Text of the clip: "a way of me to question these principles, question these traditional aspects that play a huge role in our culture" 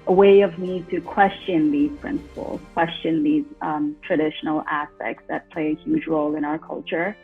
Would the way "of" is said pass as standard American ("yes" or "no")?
yes